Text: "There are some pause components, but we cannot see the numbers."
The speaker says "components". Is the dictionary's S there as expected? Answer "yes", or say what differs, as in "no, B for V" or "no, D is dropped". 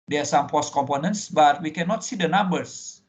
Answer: yes